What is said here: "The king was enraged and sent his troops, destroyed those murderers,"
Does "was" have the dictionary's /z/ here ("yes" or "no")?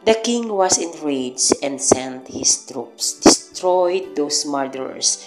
no